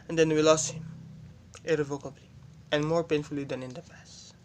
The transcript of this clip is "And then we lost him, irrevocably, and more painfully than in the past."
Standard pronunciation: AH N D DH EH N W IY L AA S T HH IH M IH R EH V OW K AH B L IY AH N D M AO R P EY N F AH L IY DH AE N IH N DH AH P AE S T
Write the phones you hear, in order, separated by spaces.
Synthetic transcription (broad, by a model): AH N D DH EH N W IY L AA S T HH IH M IH R EH V OW K AH B L IY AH N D M AO R P EY N F AH L IY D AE N IH N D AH P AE S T